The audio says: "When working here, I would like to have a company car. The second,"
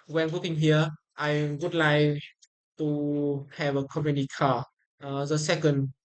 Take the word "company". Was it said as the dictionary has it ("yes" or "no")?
no